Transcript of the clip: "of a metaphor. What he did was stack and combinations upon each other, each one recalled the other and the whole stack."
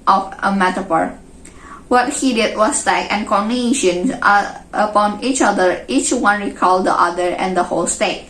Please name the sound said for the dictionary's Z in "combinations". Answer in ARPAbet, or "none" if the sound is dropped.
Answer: none